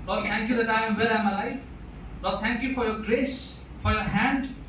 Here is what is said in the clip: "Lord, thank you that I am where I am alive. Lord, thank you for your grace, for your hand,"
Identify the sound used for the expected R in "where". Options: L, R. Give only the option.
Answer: L